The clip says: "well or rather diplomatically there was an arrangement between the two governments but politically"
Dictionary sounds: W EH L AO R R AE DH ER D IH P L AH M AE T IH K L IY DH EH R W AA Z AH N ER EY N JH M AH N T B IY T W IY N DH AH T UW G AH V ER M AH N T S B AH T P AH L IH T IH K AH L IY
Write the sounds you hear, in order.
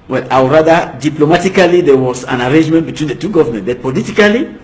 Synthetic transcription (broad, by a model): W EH L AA W R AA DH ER D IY P L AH M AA T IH K L IY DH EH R W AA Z AH N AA EY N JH M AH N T B IY T W IY N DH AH T UW G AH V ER M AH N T B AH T P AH L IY T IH K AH L IY